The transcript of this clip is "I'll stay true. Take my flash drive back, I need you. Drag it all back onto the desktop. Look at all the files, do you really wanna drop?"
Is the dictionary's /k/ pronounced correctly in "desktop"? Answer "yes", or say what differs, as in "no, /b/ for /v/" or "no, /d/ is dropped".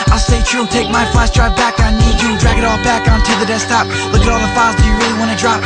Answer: no, /k/ is dropped